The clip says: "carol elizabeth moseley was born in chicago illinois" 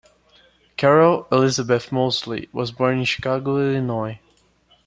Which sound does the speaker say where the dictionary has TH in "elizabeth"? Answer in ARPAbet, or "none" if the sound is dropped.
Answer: TH